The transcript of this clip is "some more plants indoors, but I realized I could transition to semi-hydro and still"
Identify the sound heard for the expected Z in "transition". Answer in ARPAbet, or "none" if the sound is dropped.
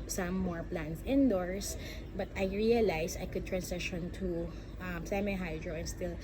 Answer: S